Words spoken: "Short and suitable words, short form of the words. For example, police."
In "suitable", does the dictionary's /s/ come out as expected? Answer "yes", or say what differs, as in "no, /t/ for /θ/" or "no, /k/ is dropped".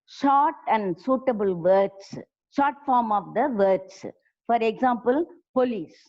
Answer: yes